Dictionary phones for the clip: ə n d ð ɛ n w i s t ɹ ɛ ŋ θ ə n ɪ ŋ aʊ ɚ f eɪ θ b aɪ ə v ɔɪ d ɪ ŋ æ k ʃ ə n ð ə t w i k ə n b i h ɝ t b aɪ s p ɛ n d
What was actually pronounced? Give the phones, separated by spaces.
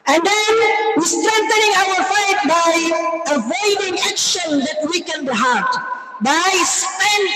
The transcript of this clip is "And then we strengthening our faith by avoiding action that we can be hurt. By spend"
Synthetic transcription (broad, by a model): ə n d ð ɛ n w i s t ɹ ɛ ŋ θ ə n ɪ ŋ aʊ ɚ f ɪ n b aɪ ə v ɔɪ d ɪ ŋ æ k ʃ ə n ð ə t w i k ə n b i h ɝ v b aɪ s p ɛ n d